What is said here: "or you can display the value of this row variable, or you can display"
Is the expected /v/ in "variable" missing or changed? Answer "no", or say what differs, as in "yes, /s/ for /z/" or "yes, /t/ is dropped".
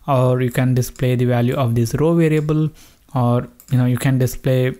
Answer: no